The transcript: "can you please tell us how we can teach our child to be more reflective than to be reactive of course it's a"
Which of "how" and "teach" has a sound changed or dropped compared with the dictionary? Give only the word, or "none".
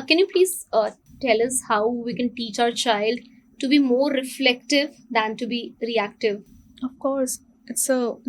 none